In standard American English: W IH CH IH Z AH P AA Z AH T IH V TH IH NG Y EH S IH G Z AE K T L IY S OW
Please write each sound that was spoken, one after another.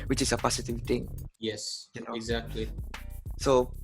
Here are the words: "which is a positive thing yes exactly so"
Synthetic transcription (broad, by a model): W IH CH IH S AH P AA S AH T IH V T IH NG Y EH S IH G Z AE K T L IY S OW